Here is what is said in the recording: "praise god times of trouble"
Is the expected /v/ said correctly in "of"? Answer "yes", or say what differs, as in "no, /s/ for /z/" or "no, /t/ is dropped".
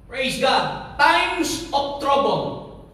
no, /p/ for /v/